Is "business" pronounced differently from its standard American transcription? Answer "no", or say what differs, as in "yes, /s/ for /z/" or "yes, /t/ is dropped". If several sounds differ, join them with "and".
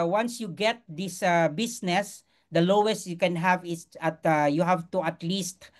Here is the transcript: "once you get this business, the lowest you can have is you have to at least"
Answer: yes, /s/ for /z/